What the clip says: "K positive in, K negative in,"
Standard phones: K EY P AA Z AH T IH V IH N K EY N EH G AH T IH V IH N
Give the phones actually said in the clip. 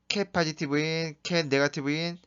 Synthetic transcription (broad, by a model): K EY P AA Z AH T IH B IH N K EY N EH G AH T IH B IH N